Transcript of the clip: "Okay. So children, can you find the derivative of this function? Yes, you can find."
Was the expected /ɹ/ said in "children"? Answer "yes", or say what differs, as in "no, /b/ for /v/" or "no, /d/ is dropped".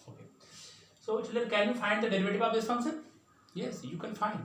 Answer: no, /ɹ/ is dropped